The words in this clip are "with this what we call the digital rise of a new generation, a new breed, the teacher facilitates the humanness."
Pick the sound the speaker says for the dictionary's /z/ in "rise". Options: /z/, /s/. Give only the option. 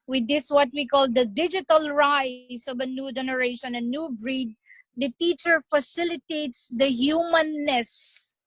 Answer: /s/